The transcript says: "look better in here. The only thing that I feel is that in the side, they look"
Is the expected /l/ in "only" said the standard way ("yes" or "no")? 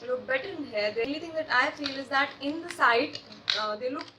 no